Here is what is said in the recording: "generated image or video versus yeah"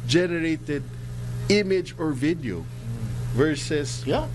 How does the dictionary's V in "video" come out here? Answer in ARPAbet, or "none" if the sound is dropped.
V